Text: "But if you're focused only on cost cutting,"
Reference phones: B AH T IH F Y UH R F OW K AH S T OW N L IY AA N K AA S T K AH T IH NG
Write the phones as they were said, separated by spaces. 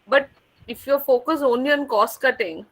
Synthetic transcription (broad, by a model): B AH T IH F Y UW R F OW K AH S OW N L IY AA N K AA S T K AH T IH NG